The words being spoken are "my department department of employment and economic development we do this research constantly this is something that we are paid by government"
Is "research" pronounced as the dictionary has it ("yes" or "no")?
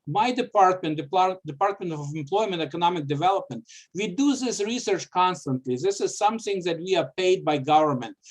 yes